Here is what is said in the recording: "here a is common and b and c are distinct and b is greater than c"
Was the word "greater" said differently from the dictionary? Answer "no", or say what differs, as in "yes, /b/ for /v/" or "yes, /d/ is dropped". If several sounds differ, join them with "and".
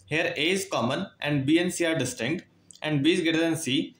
yes, /ɹ/ is dropped